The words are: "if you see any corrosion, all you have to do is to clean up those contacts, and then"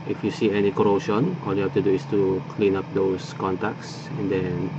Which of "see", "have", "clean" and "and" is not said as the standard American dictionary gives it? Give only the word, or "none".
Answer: have